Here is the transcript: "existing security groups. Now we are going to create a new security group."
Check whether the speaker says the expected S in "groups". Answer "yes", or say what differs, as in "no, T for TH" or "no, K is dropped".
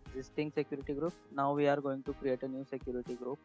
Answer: no, S is dropped